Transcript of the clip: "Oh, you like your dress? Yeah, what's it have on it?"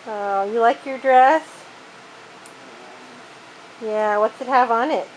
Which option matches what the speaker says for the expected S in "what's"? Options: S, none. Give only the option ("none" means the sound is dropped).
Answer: S